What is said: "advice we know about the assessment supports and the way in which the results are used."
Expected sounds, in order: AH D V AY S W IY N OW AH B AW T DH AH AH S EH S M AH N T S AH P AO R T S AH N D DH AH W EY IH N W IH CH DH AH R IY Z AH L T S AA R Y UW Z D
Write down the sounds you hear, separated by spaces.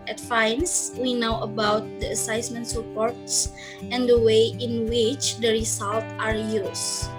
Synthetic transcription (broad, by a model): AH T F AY S W IY N OW AH B AW T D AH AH S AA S M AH N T S AH P AO R T S AH N D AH W EY IH N W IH CH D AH R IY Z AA L T AA R Y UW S